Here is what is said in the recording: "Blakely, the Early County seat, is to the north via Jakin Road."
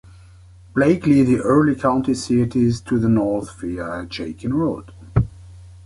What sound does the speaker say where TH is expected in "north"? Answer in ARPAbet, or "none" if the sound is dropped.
TH